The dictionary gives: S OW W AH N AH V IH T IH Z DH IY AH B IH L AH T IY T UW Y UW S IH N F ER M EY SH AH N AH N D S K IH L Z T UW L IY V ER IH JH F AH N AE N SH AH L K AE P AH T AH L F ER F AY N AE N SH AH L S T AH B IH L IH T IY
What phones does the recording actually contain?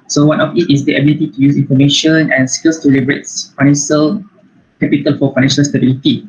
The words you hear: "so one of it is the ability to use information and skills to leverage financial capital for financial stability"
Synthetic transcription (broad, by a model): S OW W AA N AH F IH T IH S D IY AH B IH L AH T IY T UW Y UW S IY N F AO M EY SH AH N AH N S K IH L S T UW L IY B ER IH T F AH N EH N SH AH L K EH P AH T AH L F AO F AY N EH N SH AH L S T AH B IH L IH T IY